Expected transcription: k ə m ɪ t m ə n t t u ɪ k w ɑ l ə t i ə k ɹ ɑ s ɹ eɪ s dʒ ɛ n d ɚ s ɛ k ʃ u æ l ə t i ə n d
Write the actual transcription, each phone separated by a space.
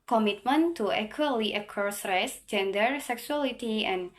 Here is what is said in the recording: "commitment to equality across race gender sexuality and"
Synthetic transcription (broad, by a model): k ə m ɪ t m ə n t t u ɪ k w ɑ l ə t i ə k ɑ s ɹ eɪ s dʒ ɛ n d ɚ s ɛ k s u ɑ l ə t i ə n